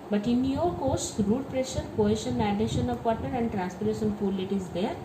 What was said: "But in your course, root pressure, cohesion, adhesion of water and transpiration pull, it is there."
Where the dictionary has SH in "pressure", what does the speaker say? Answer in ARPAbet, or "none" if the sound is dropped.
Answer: SH